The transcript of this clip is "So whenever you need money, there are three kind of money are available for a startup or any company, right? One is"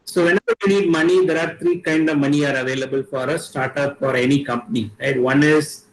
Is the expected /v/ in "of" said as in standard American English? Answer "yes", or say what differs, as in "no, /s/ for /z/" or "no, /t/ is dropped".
yes